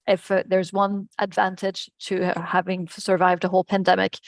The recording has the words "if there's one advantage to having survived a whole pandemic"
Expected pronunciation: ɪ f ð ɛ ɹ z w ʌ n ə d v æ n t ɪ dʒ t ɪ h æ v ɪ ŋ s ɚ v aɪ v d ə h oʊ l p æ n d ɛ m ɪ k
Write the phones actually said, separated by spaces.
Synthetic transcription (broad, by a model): ɪ f ð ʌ ɹ z w ʌ n ə d v æ n t ɪ dʒ t ɪ h æ v ɪ ŋ s ɚ v aɪ v d ə h oʊ l p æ n d ɛ m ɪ k